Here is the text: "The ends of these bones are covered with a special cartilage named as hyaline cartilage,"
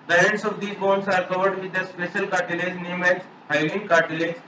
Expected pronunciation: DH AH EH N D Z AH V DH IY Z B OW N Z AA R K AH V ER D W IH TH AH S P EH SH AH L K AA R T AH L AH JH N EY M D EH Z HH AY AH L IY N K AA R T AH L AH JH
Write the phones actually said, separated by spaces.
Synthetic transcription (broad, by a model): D AH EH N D S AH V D IY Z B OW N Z AA R K AH V ER D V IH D AH S P EH SH AH L K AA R T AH L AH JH N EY M EH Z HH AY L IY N K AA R T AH L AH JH